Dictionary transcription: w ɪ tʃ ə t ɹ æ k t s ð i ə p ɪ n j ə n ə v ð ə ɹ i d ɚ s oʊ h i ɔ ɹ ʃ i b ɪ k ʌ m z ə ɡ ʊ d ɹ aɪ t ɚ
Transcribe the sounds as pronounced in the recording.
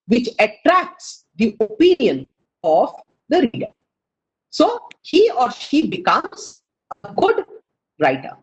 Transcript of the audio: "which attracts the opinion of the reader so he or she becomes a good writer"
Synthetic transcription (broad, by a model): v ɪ tʃ ə t ɹ æ k t s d i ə p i n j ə n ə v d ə ɹ i d ɚ s oʊ h i ɔ ɹ ʃ i b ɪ k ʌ m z ə ɡ ʊ d ɹ aɪ t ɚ